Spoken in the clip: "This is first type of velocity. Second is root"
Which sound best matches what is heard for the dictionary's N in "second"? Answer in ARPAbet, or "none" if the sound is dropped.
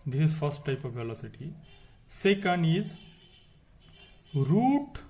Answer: N